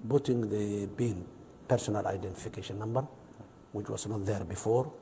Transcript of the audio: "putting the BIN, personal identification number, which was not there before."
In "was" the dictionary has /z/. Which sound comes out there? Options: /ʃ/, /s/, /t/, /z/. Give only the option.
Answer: /s/